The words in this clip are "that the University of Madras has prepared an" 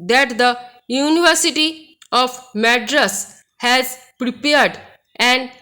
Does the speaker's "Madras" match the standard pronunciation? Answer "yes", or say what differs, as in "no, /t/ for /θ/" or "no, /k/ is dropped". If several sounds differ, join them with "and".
yes